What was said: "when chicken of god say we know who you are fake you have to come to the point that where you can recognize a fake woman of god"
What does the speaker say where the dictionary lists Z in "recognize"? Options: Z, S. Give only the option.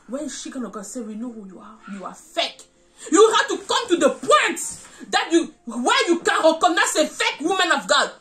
S